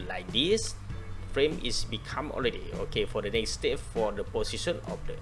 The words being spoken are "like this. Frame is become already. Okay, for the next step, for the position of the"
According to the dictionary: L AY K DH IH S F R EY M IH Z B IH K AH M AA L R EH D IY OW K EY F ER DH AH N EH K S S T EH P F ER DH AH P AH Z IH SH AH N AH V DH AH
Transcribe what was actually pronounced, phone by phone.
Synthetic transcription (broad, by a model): L AY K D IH S F R EY M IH S B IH K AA M AA L R EH D IY OW K EY F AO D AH N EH K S S T EH P F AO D AH P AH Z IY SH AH N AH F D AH